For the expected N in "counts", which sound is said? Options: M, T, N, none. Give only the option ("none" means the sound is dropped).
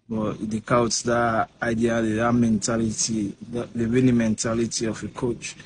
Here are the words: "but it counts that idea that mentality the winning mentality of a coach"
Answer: none